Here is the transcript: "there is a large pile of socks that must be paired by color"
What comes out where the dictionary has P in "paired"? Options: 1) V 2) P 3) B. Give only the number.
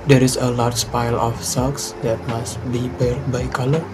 3